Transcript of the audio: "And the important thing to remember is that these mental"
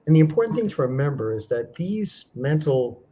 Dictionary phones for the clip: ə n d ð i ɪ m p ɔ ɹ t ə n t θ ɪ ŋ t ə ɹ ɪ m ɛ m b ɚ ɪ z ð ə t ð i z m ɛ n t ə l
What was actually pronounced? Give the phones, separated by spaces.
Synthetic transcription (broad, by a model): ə n ð i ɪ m p ɔ ɹ t n θ ɪ ŋ t ə ɹ ɪ m ɛ m b ɚ ɪ z ð ə t ð i z m ɛ n t l